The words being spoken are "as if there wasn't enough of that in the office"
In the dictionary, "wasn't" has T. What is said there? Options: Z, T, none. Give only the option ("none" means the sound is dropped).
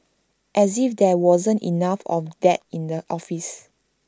T